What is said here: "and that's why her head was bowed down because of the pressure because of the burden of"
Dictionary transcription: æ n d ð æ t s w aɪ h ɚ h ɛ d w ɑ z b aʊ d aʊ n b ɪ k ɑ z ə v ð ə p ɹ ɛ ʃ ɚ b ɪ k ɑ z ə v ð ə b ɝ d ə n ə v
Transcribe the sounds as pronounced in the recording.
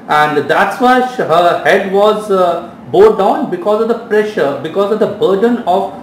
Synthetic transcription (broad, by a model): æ n d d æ t s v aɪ h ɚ h ɛ d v ɑ z b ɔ d aʊ n b ɪ k ɑ z ə v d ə p ɹ ɛ ʃ ɚ b ɪ k ɑ z ə v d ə b ɝ d ə n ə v